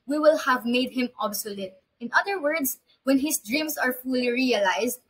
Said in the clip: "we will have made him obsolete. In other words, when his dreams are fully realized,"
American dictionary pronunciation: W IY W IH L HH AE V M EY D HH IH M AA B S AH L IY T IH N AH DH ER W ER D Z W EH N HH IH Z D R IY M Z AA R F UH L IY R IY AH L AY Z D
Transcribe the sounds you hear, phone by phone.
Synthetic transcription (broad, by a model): W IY W IH L HH AE V M EY D HH IH M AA B S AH L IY T IH N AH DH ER W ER D S W EH N HH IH S D R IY M S AA R F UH L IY R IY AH L AY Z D